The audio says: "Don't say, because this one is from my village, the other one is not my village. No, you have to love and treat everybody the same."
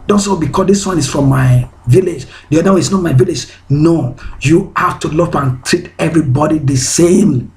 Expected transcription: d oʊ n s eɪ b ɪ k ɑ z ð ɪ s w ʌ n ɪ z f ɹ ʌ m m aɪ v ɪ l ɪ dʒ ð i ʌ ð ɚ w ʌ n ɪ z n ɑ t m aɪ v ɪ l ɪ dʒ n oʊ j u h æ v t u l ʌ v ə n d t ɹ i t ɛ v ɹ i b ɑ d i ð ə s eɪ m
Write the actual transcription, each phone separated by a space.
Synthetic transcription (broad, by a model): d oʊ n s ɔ b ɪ k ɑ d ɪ s w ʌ n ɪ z f ɹ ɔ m m aɪ v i l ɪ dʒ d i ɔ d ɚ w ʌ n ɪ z n ɑ t m aɪ v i l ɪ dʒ n oʊ j u h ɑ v t u l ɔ p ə n t ɹ i t ɛ v ɹ i b ɑ d i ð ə s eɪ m